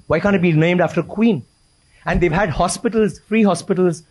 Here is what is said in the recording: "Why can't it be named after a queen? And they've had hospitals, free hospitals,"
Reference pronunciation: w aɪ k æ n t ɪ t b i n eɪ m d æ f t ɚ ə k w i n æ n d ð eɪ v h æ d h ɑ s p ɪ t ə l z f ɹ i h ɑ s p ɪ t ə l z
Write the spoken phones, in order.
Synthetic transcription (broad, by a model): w aɪ k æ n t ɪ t b i n eɪ m d æ f t ɚ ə k w i n æ n d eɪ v h æ d h ɑ s p ɪ t ə l z f ɹ i h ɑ s p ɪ t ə l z